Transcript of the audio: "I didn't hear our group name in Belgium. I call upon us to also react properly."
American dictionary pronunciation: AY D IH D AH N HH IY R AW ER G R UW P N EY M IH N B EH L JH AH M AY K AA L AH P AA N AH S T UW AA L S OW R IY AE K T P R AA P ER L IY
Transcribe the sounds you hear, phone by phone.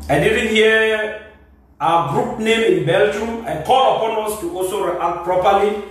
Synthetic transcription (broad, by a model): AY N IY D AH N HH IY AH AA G R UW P N EY M IH N B EH L JH AH M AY K AA L AH P AA N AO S T UW AA L S OW R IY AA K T P R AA P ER L IY